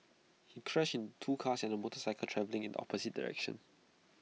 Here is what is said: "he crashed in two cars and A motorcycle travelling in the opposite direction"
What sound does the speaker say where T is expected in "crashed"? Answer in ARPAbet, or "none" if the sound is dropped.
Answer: none